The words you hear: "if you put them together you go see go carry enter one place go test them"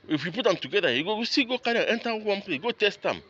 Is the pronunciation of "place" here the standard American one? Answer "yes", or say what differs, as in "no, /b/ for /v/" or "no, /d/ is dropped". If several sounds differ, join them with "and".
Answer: no, /s/ is dropped